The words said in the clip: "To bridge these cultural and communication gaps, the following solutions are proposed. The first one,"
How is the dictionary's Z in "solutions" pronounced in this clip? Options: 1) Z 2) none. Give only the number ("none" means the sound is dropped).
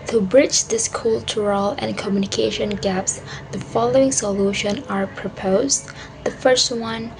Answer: 2